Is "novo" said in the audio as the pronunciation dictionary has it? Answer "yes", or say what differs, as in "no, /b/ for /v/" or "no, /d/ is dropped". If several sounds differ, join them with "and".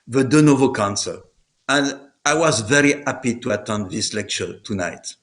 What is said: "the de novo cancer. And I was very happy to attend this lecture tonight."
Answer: yes